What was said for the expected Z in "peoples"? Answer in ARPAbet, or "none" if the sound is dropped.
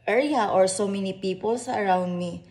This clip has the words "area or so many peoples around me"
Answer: S